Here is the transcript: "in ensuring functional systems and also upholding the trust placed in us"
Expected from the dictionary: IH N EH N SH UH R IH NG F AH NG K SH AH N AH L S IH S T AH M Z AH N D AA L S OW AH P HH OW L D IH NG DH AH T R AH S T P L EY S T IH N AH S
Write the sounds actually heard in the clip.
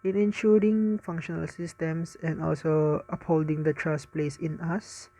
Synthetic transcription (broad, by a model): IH N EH N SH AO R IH NG F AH NG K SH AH N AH L S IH S T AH M S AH N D AA L S OW AH P HH OW L D IH NG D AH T R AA S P L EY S IH N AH S